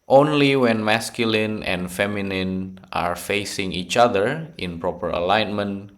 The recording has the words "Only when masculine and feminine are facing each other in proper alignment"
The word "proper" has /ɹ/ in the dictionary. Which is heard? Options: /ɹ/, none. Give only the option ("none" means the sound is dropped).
/ɹ/